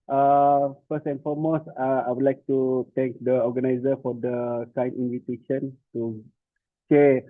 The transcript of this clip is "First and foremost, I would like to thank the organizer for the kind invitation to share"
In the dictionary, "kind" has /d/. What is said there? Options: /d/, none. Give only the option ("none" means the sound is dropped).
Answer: none